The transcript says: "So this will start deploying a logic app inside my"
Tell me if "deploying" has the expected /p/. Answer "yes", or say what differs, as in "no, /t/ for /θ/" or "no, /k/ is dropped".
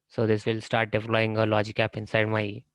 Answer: no, /f/ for /p/